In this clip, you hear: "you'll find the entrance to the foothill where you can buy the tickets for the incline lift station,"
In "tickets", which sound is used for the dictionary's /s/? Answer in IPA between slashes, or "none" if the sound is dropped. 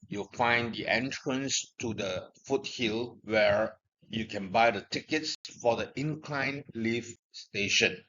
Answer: /s/